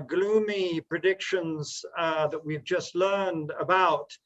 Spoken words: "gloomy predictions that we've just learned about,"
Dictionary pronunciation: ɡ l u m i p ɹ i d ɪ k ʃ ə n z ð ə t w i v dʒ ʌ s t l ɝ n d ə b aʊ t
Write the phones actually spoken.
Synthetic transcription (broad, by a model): ɡ l u m i p ɹ i d ɪ k ʃ ə n z ð ə t w i v dʒ ʌ s t l ɝ n d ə b aʊ t